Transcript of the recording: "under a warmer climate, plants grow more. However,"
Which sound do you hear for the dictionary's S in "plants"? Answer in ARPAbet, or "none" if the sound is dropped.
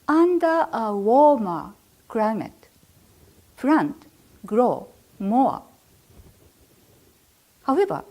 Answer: none